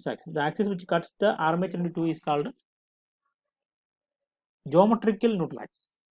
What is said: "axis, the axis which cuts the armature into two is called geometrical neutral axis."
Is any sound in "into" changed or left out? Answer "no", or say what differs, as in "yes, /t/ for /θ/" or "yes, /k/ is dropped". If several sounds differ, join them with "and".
no